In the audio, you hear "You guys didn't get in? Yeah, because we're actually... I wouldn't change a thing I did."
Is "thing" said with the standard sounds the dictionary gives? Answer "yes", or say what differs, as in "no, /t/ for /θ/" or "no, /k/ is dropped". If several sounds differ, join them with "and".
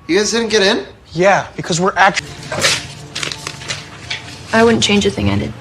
yes